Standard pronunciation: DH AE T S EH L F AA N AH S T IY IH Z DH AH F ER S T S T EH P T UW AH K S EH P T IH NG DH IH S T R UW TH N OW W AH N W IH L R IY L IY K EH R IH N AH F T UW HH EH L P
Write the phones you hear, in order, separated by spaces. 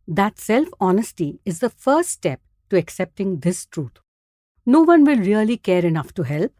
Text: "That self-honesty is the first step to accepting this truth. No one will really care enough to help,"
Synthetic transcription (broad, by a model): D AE T S EH L F AA N AH S T IY IH Z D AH F ER S T S T EH P T UW AH K S EH P T IH NG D IH S T R UW T N OW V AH N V IH L R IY L IY K EH R IH N AH F T UW HH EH L P